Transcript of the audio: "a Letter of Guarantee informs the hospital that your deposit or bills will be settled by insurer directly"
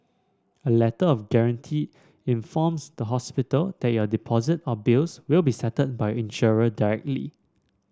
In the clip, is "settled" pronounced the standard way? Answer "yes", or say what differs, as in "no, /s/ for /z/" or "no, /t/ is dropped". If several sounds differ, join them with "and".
no, /l/ is dropped